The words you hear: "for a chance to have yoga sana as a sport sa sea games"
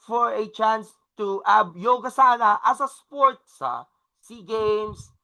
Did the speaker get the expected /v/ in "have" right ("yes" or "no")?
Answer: no